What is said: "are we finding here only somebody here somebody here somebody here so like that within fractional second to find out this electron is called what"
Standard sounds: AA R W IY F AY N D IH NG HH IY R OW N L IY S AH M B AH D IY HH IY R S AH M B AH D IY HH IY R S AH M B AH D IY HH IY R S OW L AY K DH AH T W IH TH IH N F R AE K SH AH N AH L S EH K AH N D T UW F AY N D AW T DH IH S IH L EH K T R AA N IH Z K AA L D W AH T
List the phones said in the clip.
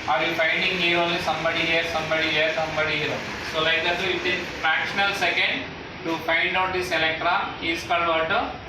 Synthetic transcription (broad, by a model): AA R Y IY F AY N D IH NG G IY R OW N L IY S AH M B AH D IY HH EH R S AH M B AH D IY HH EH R S AH M B AH D IY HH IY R S OW L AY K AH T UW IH T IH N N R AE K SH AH N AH L S EH K AH N D T UW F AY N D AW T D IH S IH L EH K T R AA IH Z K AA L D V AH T